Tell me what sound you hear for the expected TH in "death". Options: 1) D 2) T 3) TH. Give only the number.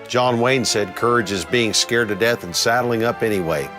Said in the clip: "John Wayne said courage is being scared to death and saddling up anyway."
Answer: 3